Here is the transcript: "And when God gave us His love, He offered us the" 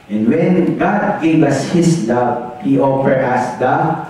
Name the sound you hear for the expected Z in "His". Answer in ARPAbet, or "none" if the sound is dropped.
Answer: S